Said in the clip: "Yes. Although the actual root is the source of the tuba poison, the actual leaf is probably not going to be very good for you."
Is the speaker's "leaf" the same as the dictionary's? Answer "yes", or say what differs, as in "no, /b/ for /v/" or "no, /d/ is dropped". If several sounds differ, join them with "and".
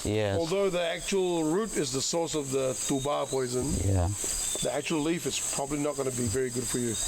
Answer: yes